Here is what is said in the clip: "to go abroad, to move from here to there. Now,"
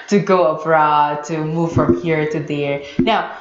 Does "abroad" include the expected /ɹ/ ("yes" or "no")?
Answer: yes